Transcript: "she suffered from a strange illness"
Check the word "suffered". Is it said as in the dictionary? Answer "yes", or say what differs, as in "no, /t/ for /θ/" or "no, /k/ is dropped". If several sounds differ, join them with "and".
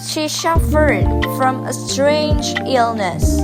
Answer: no, /ʃ/ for /s/